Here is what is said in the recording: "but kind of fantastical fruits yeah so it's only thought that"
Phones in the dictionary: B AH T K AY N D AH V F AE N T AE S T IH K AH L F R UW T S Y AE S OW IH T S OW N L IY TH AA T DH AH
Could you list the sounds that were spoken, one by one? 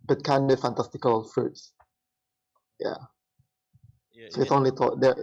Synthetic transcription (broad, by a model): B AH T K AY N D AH F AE N T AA S T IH K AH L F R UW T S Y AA S OW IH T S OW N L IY T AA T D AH